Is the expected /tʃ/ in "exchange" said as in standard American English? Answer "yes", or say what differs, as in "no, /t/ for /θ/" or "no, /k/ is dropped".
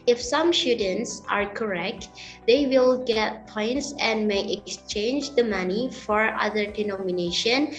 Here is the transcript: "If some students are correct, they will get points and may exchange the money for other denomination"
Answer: yes